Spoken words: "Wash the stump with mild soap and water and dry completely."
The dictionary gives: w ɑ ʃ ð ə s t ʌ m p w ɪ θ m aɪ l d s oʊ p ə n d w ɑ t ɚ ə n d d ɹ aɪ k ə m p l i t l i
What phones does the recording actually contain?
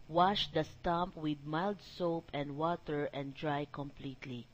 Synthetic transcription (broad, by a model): w ɑ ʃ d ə s t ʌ m p w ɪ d m aɪ l d s oʊ p ə n d w ɑ t ɚ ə n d d ɹ aɪ k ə m p l i t l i